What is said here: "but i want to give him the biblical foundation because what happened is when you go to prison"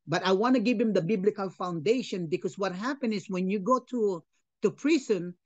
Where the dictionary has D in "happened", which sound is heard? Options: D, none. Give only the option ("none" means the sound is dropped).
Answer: none